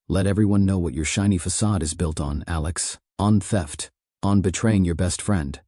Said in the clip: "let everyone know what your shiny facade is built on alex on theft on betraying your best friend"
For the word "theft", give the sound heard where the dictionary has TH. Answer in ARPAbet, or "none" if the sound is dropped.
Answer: TH